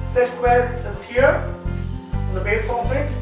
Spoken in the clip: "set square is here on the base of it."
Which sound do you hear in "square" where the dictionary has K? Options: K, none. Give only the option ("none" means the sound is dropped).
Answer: none